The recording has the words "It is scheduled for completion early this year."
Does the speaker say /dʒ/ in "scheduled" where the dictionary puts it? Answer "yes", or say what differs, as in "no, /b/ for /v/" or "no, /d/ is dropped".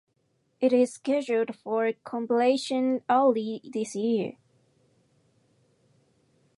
no, /ʒ/ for /dʒ/